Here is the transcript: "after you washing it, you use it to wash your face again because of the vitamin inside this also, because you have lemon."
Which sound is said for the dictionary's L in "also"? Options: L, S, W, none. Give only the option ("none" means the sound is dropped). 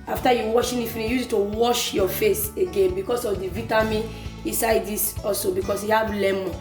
none